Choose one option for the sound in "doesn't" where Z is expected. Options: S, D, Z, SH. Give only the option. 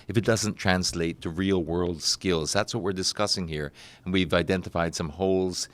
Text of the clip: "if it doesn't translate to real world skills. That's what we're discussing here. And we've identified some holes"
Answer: Z